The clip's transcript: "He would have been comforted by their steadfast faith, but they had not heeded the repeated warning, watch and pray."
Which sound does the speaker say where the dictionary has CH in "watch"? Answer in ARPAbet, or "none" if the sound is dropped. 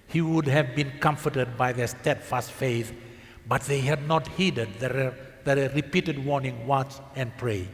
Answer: CH